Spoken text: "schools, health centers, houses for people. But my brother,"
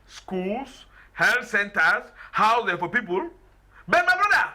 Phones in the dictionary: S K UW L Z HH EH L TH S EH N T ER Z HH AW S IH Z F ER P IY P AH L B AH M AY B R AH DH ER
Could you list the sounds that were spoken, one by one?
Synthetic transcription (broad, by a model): S K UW L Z HH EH L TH S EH N T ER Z HH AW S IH F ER P IY P AH L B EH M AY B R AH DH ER